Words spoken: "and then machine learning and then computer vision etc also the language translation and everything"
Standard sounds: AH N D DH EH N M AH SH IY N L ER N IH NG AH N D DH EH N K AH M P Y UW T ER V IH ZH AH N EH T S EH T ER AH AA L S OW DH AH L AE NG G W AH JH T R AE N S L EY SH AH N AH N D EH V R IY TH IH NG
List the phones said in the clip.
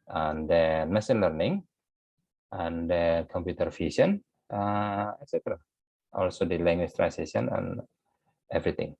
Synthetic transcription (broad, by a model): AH N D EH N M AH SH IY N L ER N IH NG AH N D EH K AH M P Y UW T ER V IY S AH N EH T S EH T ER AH AA L S OW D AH L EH NG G W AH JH T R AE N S EY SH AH N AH N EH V R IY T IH NG